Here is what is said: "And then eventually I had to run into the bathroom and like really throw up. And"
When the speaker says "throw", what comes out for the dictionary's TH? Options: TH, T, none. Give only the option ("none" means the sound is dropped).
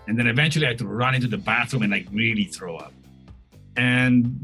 TH